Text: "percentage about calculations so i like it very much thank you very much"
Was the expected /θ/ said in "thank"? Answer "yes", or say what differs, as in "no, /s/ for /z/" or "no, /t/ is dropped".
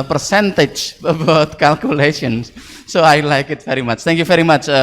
no, /t/ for /θ/